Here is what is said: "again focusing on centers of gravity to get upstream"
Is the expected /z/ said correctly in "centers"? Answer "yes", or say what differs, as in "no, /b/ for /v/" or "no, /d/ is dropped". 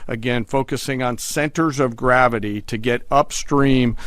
yes